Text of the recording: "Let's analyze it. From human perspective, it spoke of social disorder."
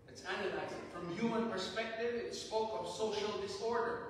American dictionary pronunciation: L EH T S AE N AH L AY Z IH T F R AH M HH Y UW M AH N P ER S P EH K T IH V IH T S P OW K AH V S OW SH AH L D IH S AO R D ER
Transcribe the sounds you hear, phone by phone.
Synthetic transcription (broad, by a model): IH T S AE N AH L AY Z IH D F R AH M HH Y UW M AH N P ER S P EH K T IH V IH T S P OW K AH V S OW SH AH L D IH S AO R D ER